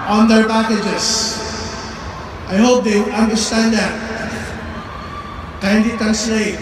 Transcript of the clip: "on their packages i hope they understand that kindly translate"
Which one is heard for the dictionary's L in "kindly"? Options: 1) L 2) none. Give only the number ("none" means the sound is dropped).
2